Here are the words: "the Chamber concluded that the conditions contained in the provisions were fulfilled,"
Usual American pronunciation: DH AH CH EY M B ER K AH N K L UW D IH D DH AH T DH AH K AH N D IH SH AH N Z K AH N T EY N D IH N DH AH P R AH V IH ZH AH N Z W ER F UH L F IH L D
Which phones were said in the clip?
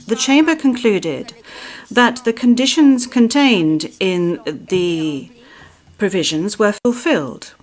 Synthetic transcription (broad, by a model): DH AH CH EY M B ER K AH N K L UW D IH D DH AH T DH AH K AH N D IH SH AH N Z K AH N T EY N D IH N DH AH P R AH V IH ZH AH N Z W ER F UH L F IH L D